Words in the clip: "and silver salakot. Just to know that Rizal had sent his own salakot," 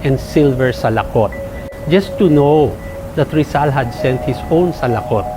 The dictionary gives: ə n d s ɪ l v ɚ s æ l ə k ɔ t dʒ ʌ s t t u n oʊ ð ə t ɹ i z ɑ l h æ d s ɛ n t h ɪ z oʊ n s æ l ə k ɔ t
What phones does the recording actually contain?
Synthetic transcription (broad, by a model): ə n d s ɪ l v ɚ s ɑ l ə k ɔ t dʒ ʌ s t t u n oʊ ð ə t ɹ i s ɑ l h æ d s ɛ n t h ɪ s oʊ n s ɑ l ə k ɔ t